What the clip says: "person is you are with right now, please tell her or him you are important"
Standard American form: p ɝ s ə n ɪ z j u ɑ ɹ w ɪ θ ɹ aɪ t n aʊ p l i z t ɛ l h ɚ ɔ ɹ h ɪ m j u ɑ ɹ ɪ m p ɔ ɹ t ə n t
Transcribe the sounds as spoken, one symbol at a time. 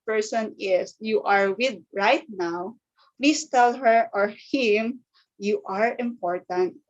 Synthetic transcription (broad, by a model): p ɝ s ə n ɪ s j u ɑ ɹ w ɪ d ɹ aɪ t n aʊ p l i s t ɛ l h ɚ ɔ ɹ h ɪ m j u ɑ ɹ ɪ m p ɔ ɹ t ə n t